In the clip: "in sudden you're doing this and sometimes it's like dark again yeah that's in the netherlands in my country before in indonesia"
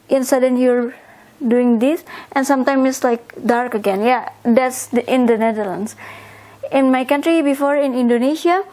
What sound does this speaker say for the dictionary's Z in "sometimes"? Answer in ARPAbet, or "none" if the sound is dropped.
none